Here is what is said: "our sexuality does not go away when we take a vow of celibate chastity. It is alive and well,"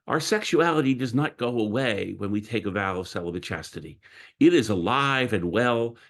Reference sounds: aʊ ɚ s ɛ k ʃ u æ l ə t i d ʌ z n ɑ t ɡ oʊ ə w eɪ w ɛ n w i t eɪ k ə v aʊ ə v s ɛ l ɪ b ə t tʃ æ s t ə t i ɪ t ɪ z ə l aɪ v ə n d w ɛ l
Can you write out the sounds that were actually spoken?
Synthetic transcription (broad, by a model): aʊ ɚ s ɛ k ʃ u æ l ə t i d ʌ z n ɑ t ɡ oʊ ə w eɪ w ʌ n w i t eɪ k ə v aʊ ə v s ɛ l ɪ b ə tʃ æ s t ə t i ɪ t ɪ z ə l aɪ v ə n w ɛ l